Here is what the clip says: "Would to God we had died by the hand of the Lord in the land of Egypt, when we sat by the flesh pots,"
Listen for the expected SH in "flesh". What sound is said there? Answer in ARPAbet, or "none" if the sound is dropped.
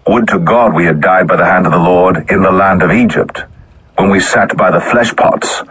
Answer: SH